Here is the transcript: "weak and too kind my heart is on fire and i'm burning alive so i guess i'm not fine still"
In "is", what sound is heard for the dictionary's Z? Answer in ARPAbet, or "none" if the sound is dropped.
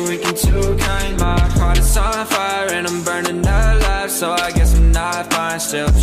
S